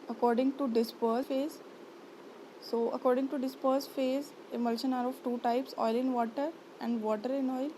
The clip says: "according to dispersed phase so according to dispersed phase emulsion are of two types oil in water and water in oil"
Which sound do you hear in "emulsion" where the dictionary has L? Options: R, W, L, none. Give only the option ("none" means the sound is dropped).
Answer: L